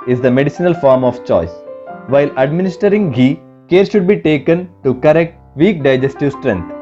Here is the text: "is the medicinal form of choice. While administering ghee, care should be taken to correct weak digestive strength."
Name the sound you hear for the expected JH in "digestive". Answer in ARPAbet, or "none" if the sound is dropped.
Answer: JH